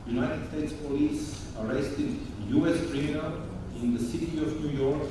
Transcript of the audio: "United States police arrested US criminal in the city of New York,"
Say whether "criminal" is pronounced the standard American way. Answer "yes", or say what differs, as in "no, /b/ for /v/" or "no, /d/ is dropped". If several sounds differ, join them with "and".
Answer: no, /n/ is dropped